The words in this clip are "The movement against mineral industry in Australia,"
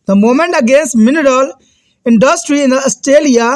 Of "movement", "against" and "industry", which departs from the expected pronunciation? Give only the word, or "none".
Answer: movement